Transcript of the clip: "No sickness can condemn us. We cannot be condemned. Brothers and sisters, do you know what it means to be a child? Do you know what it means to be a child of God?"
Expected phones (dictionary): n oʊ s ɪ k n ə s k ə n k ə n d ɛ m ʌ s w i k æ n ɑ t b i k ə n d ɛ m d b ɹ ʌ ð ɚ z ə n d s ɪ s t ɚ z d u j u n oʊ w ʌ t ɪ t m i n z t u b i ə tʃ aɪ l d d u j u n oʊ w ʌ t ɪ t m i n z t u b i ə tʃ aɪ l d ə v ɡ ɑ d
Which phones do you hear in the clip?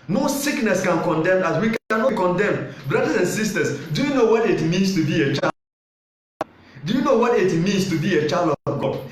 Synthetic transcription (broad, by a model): n oʊ s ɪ k n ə s k ə n k ə n d ɛ m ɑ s w i k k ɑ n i k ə n d ɛ m b ɹ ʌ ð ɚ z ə n s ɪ s t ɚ s d u j u n oʊ w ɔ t ɪ t m i n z t u b i ə tʃ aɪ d d u j u n oʊ w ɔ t ɪ t m i n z t u b i ə tʃ aɪ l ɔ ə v ɡ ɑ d